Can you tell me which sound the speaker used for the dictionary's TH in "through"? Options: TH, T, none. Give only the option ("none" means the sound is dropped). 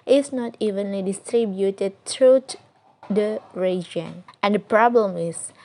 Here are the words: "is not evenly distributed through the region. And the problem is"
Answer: T